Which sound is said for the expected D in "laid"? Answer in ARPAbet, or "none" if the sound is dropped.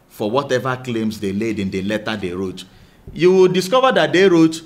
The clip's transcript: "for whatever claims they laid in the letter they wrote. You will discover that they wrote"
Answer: D